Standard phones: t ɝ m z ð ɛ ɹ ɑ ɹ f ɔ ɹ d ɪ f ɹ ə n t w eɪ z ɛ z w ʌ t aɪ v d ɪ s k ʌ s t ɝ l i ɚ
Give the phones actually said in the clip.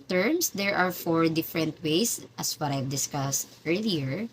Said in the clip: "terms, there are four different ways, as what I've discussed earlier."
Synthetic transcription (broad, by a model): t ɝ m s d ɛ ɹ ɑ ɹ f ɔ ɹ d ɪ f ɹ ə n t w eɪ s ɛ s w ʌ t aɪ v d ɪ s k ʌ s t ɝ l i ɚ